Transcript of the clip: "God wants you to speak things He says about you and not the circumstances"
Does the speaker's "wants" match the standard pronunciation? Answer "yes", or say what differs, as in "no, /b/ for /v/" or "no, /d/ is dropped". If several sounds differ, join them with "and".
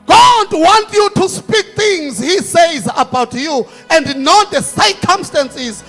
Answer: no, /s/ is dropped